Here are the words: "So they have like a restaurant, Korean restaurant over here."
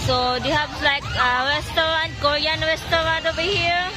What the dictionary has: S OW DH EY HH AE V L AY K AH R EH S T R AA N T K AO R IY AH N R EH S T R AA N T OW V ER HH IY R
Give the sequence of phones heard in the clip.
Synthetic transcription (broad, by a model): S OW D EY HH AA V L AY K AH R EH S T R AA N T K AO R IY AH N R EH S T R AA N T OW B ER HH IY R